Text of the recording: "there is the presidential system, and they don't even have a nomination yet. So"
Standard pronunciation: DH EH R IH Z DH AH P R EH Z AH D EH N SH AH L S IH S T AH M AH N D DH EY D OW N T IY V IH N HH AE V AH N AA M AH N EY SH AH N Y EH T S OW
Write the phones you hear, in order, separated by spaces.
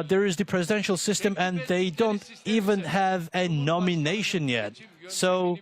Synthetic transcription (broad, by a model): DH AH R IH Z DH AH P R EH Z AH D EH N SH AH L S IH S T AH M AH N DH EY D OW N T IY V IH N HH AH V AH N AA M AH N EY SH AH N Y EH T S OW